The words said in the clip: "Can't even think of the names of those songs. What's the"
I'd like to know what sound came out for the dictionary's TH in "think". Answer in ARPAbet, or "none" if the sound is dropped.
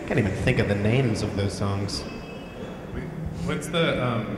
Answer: TH